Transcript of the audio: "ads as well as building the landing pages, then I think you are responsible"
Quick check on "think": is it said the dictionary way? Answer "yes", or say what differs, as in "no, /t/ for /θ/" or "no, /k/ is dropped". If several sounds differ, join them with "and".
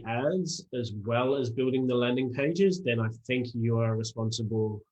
yes